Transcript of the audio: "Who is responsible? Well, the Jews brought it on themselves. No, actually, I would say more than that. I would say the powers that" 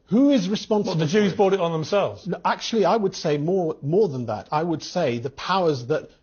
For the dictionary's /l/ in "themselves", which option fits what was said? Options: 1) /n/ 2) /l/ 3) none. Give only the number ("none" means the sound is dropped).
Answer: 2